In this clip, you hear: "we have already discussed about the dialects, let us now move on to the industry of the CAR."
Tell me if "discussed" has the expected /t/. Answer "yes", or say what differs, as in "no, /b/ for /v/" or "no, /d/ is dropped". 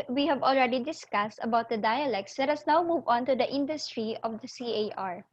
yes